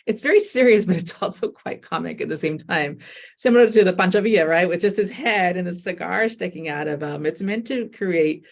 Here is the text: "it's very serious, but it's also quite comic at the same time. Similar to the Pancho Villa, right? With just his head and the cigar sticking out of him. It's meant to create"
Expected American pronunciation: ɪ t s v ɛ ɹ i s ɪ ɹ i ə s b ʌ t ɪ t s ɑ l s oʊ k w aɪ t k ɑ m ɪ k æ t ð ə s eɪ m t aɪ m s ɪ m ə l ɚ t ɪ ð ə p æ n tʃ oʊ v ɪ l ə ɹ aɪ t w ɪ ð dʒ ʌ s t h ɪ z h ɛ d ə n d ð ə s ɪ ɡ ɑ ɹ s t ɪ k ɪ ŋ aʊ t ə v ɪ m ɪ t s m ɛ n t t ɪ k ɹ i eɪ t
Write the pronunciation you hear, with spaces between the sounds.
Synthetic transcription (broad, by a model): ɪ t s v ɛ ɹ i s ɪ ɹ i ə s b ʌ t ɪ t s ɑ l s oʊ k w aɪ t k ɑ m ɪ k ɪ t ð ə s eɪ m t aɪ m s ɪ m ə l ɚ t ɪ ð ə b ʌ n tʃ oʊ v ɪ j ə ɹ aɪ t w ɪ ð dʒ ʌ s t h ɪ z h ɛ d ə n ð ə s ɪ ɡ ɑ ɹ s t ɪ k ɪ ŋ aʊ t ə v ɪ m ɪ t s m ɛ n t t ɪ k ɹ i eɪ t